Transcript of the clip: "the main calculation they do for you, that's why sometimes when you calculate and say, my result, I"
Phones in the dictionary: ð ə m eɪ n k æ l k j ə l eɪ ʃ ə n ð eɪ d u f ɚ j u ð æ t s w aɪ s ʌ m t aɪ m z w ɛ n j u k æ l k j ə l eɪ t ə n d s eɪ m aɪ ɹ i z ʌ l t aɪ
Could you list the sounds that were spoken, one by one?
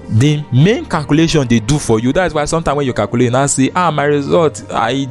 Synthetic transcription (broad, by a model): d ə m eɪ n k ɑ l k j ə l eɪ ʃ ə n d eɪ d u f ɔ j u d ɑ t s w aɪ s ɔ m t aɪ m w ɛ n j u k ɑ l k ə l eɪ ə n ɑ s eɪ m aɪ ɹ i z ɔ l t aɪ